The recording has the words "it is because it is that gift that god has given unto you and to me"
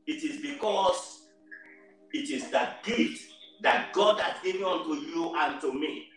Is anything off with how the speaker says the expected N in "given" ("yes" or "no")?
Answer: yes